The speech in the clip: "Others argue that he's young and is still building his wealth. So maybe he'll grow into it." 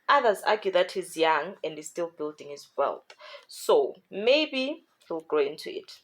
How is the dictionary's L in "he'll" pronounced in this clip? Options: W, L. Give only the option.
L